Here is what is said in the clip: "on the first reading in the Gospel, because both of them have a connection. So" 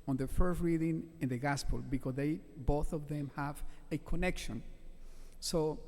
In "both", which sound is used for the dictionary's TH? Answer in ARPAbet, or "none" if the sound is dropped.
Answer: TH